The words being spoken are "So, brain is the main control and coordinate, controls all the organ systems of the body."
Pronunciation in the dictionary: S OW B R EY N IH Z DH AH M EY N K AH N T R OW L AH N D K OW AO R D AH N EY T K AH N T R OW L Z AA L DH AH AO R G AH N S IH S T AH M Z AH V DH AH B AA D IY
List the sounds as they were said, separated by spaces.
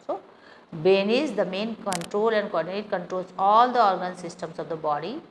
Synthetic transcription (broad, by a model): S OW B EY N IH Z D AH M EY N K AH N T R OW L AH N D K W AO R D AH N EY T K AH N T R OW L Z AA L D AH AO R G AH N S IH S T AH M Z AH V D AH B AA D IY